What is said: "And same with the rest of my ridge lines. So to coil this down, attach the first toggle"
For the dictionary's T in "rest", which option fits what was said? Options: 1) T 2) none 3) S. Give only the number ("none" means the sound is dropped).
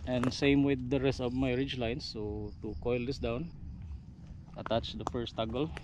1